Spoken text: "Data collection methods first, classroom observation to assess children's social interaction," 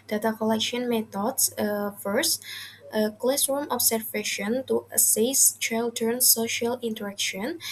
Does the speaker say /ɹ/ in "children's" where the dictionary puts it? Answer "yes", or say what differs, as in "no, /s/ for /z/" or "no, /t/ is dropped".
no, /ɹ/ is dropped